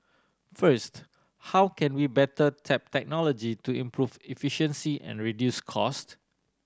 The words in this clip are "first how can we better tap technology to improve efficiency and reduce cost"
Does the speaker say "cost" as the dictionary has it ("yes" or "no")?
yes